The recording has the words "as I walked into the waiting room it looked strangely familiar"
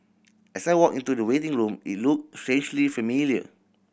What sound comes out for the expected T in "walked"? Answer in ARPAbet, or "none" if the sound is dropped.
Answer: none